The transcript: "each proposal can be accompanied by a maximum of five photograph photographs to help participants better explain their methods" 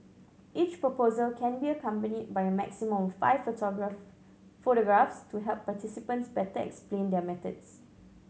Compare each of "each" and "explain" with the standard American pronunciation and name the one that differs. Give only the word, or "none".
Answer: none